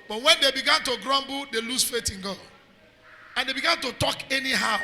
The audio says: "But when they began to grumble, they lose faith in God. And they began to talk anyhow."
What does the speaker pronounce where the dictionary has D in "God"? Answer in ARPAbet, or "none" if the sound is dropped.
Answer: none